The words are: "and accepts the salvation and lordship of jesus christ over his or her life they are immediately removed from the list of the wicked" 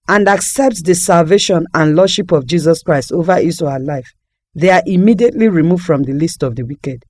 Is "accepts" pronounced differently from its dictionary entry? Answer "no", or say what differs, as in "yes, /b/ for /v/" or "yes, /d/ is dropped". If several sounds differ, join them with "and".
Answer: no